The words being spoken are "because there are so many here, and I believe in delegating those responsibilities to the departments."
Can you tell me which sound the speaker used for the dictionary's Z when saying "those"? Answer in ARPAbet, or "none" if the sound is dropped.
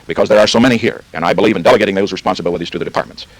Z